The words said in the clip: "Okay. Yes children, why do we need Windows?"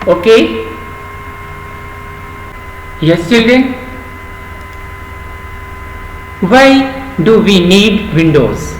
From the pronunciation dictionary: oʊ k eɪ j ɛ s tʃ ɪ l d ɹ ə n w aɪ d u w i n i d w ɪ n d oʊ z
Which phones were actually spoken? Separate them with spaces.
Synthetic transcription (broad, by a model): oʊ k eɪ j ɛ s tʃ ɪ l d ə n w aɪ d u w i n i d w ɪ n d oʊ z